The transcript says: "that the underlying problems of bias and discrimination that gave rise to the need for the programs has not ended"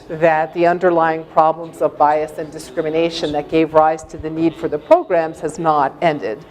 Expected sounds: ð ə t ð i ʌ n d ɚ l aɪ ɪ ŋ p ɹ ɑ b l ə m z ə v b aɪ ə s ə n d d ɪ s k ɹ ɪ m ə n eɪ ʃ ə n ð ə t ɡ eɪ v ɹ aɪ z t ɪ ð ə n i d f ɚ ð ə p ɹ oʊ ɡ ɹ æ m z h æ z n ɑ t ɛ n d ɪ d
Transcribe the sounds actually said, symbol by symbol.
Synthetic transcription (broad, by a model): ð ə t ð i ʌ n d ɚ l aɪ ɪ ŋ p ɹ ɑ b l ə m z ə v b aɪ ə s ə n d d ɪ s k ɹ ɪ m ə n eɪ ʃ ə n ð ə t ɡ eɪ v ɹ aɪ z t ɪ ð ə n i d f ɚ ð ə p ɹ oʊ ɡ ɹ æ m z h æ z n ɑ t ɛ n d ɪ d